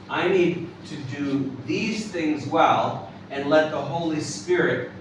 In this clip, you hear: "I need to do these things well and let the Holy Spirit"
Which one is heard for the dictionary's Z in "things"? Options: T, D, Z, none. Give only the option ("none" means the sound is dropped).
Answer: Z